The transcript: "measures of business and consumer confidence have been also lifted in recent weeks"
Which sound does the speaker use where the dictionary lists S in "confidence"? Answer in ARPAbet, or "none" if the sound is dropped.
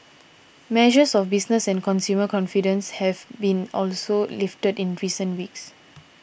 S